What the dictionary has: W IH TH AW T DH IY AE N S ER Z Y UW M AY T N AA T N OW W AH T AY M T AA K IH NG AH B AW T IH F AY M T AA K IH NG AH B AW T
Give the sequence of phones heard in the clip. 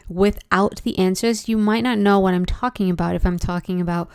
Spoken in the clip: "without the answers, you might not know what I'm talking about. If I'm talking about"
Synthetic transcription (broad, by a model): W IH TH AW T DH IY AE N S ER Z Y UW M AY T N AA T N OW W AH T AY M T AA K IH NG AH B AW T IH F AY M T AA K IH NG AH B AW T